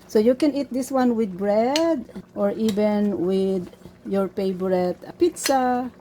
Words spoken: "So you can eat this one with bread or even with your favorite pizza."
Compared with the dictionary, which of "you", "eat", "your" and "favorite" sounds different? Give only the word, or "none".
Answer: favorite